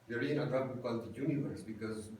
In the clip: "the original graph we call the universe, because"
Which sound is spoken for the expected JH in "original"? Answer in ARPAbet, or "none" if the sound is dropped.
none